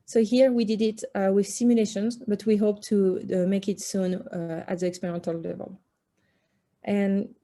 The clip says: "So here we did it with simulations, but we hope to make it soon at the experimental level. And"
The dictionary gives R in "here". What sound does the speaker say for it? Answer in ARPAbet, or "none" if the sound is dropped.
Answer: R